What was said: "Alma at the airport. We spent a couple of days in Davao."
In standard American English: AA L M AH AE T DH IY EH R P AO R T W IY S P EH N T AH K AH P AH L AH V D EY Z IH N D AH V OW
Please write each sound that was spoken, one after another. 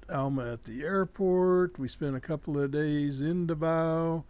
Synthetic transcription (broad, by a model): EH L M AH T DH IY EH R P AO R T W IY S P EH N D AH K AH P L AH V D EY Z IH N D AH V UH